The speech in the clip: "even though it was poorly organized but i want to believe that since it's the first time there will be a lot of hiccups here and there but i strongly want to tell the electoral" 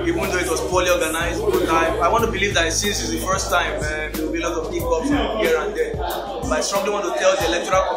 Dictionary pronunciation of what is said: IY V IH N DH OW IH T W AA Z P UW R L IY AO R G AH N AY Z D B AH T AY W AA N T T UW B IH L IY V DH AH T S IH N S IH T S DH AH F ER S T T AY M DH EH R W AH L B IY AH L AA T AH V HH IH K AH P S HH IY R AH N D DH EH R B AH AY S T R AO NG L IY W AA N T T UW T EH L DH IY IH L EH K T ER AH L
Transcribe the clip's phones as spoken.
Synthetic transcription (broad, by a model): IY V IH N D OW IH T W AA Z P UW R L IY AO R G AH N AY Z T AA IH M AY W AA N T T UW B IH L IY V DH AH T S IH N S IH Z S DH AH F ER S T T AY M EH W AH W B IY AH L AA T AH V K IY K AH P HH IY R AH N D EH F AY S T R AO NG L IY W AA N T T UW T EH L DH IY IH L EH K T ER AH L